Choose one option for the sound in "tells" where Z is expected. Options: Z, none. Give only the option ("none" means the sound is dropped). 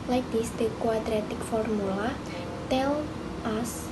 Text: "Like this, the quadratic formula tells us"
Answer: none